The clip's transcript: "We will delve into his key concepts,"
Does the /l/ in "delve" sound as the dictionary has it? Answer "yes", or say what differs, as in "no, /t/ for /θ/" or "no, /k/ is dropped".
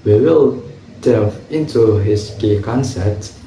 no, /l/ is dropped